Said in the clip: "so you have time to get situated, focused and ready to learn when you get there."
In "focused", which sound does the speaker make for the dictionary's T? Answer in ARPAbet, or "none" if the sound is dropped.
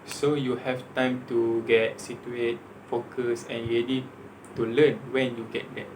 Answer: none